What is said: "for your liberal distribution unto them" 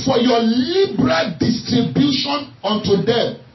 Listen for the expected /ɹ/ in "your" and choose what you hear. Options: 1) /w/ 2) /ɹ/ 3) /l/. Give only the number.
3